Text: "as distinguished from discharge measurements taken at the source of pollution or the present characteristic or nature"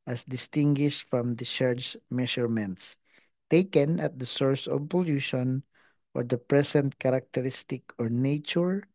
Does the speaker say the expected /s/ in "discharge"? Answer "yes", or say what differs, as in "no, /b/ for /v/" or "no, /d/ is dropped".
no, /s/ is dropped